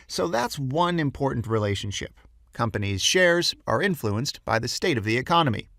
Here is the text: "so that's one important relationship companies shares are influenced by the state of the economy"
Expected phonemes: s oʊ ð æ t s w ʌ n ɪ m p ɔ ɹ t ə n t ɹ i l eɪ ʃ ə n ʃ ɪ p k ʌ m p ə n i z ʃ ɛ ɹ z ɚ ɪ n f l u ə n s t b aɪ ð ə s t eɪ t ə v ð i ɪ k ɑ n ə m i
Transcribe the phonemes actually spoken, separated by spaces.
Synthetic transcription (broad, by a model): s oʊ ð æ t s w ʌ n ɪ m p ɔ ɹ t n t ɹ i l eɪ ʃ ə n ʃ ɪ p k ʌ m p ə n i z ʃ ɛ ɹ z ɚ ɪ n f l u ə n s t b aɪ ð ə s t eɪ t ə v ð i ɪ k ɑ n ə m i